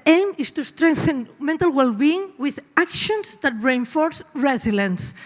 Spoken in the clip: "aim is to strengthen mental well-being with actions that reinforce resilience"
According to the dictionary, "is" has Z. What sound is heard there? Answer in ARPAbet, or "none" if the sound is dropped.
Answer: S